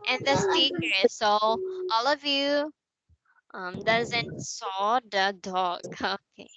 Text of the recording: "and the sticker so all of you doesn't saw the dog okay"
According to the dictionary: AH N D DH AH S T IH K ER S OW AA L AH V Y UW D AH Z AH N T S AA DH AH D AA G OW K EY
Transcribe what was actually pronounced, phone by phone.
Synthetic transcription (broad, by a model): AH N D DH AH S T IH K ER S OW AA L AH V Y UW D AH Z AH N T S AA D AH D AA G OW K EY